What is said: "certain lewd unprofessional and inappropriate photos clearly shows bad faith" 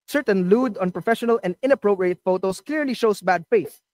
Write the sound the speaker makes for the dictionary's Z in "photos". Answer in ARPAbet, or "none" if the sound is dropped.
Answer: S